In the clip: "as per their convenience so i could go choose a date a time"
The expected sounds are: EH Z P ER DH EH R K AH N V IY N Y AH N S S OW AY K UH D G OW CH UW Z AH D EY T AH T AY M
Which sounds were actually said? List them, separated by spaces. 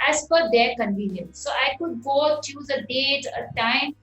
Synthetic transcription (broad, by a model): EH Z F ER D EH R K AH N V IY N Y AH N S S OW AY K UH D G OW CH UW Z AH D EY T AH T AY M